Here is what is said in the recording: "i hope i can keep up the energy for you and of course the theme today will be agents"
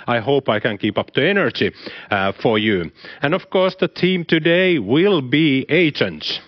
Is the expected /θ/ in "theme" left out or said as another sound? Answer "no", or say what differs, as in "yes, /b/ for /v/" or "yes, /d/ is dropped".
yes, /t/ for /θ/